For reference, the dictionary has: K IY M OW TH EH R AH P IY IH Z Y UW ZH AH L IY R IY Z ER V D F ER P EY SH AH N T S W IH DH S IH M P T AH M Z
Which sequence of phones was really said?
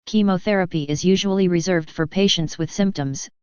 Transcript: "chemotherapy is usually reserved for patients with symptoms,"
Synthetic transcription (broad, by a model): K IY M OW TH EH R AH P IY IH Z Y UW ZH AH L IY R IY Z ER V D F ER P EY SH AH N T S W IH DH S IH M P T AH M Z